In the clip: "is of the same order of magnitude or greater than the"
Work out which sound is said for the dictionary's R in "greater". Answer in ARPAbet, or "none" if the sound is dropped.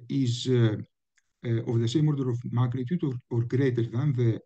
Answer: R